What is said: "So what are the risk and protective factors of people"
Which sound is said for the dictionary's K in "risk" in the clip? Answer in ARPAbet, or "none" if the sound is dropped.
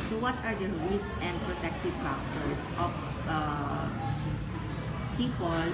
none